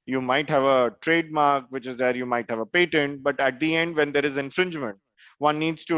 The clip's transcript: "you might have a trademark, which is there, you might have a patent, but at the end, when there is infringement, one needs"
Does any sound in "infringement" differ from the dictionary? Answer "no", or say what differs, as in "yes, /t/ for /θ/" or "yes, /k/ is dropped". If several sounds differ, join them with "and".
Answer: no